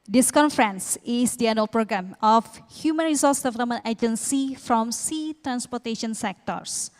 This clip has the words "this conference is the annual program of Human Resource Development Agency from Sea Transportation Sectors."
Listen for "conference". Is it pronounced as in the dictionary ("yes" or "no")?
yes